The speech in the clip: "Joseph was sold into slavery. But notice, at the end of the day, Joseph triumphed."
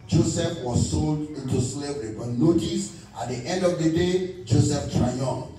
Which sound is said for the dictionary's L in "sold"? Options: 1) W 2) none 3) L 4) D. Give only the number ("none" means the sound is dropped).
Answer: 3